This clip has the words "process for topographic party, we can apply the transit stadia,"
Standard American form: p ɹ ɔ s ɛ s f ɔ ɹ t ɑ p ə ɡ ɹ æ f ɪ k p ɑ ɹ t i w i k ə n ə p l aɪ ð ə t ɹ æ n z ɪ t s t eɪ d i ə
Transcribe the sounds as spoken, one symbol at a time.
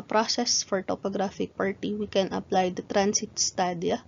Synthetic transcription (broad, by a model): p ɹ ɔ s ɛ s f ɔ ɹ t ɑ p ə ɡ ɹ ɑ f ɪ k p ɑ ɹ t i w i k ə n ə p l aɪ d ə t ɹ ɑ n s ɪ t s t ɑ d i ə